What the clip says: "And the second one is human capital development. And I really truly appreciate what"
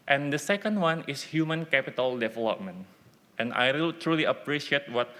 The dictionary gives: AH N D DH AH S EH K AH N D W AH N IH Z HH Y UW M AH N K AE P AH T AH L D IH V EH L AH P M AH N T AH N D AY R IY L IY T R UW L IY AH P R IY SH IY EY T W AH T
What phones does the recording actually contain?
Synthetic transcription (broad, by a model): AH N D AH S EH K AH N D W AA N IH S HH Y UW M AH N K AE P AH T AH L D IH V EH L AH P M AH N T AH N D AY R IY L IY T R UW L IY AH P R IY SH IY EY T W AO T